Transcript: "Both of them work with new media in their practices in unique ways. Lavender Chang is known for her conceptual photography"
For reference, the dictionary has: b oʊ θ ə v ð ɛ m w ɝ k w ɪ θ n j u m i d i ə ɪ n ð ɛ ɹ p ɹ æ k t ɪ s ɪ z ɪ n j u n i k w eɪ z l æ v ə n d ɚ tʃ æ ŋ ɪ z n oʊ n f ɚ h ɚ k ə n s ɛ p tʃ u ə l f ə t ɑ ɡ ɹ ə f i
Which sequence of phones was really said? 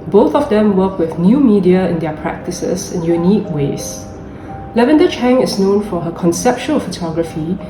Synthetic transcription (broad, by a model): b oʊ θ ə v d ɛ m w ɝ k w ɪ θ n j u m i d i ə ɪ n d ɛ p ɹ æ k t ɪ s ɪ s ɪ n j u n i k w eɪ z l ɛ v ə n d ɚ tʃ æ ŋ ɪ s n oʊ n f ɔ h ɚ k ə n s ɛ p tʃ u ə l f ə t ɑ ɡ ɹ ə f i